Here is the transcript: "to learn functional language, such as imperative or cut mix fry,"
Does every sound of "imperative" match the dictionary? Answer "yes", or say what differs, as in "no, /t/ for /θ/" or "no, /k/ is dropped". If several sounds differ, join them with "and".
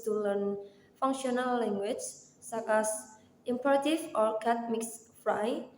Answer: no, /f/ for /v/